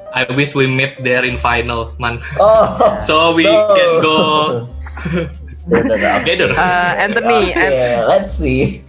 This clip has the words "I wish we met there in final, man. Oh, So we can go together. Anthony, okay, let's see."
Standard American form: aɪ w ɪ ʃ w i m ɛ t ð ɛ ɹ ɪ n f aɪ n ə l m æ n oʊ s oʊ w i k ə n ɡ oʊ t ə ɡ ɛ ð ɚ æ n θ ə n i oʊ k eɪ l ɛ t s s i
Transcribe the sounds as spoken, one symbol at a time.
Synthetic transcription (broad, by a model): aɪ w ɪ s w i m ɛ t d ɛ ɹ ɪ n f aɪ n ə l m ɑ n oʊ s oʊ w i k ə n ɡ oʊ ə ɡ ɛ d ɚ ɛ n t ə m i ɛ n l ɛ t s s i